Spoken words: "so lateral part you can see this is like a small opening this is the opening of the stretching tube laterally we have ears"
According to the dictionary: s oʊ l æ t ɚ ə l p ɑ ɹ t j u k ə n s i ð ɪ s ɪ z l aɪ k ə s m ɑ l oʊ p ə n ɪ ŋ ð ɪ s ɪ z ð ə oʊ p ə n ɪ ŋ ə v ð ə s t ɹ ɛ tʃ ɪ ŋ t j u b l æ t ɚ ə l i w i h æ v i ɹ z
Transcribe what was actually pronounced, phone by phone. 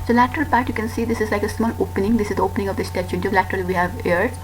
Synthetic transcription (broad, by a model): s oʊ l æ t ɚ ə l p ɑ ɹ t j u k ə n s i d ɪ s ɪ z l aɪ k ə s m ɑ l oʊ p ə n ɪ ŋ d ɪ s ɪ z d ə oʊ p ə n ɪ ŋ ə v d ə s t ɛ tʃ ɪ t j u l æ t ɚ ə l i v i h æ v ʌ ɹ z